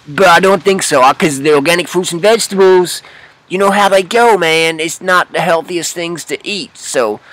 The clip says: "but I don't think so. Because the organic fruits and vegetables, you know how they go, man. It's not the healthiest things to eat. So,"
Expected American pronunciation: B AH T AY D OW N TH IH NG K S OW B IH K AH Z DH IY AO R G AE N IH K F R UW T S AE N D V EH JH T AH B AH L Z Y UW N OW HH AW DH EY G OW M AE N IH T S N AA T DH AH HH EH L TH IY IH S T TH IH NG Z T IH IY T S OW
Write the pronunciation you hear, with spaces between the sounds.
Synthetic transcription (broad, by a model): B AH T AY D OW N TH IH NG K S OW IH K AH Z DH IY AO R G AE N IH K F UW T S N V EH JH T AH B L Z Y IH N OW HH AW DH EY G OW M AE N IH T S N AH T DH AH HH EH L TH IY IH S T TH IH NG Z T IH IY T S OW